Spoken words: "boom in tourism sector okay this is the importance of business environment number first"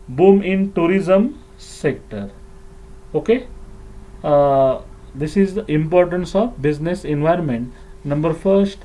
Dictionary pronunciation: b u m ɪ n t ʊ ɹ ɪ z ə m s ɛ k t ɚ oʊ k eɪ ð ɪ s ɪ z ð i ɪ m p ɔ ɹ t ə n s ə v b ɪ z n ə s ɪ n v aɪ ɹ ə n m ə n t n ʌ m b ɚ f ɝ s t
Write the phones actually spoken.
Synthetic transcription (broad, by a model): b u m ɪ n t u ɹ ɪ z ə m s ɛ k t ɚ oʊ k eɪ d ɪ s ɪ z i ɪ m p ɔ ɹ t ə n s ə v b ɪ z n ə s ɪ n v aɪ ɹ ə n m ə n t n ʌ m b ɚ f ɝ s t